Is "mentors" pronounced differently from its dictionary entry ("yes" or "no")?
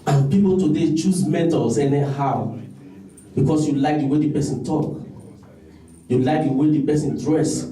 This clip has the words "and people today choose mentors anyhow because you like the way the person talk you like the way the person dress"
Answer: yes